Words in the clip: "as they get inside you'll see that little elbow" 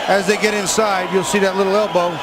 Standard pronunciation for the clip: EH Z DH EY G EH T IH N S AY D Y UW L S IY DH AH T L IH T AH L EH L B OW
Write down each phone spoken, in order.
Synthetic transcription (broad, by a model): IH Z DH EY G EH T IH N S AY D Y UW L S IY DH AH T L IH T L EH L B OW